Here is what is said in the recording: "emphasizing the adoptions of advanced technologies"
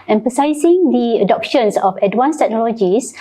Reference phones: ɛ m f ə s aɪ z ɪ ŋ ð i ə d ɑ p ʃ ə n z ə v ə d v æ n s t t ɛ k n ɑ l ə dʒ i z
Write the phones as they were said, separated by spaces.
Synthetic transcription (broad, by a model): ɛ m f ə s aɪ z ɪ ŋ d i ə d ɑ p ʃ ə n s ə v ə d w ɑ n s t t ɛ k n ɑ l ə dʒ i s